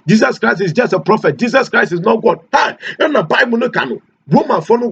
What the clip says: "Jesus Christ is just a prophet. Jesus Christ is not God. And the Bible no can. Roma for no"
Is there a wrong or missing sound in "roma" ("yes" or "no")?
yes